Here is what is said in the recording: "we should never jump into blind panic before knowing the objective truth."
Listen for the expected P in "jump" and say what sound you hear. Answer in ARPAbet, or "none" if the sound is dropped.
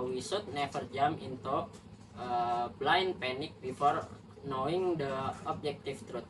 none